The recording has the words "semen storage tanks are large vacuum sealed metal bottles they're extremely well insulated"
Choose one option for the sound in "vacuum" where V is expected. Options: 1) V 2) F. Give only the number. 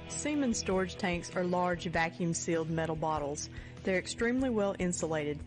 1